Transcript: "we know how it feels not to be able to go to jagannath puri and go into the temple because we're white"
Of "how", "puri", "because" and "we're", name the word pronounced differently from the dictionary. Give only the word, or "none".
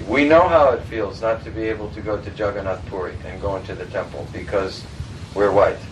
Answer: none